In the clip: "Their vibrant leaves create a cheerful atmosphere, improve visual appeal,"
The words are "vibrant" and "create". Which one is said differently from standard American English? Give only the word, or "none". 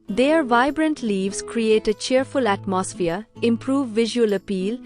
none